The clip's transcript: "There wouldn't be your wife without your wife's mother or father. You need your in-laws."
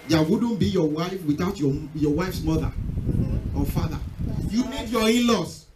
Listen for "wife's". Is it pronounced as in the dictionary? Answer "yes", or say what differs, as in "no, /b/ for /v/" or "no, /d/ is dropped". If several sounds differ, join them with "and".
yes